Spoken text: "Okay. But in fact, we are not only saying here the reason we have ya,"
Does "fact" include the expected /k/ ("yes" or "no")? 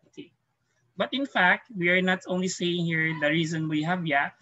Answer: yes